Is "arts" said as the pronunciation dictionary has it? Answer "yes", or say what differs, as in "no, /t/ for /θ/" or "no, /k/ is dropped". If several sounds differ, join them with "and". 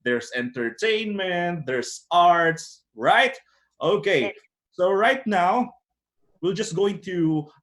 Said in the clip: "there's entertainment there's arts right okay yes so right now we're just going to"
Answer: yes